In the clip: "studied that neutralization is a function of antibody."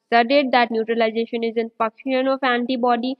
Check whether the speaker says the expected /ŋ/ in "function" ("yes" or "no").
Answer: no